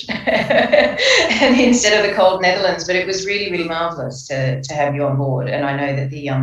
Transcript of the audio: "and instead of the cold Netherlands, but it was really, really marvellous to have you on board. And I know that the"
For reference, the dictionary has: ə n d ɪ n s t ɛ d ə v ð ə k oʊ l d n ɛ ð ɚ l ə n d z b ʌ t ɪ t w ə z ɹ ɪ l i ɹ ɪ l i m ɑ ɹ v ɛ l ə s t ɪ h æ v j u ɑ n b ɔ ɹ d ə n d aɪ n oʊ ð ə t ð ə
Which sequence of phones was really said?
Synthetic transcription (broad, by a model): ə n ɪ n s t ɛ d ə v ð ə k oʊ l d n ɛ ð ɚ l ə n d z b ʌ t ɪ t w ə z ɹ ɪ l i ɹ ɪ l i m ɑ ɹ v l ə s t ɪ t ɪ v j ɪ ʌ n b ɔ ɹ d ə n aɪ n oʊ ð ə t ð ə